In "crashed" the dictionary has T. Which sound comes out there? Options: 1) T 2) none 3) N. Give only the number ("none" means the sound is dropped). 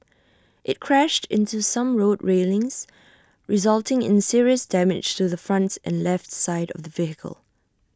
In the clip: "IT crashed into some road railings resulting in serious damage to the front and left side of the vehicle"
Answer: 1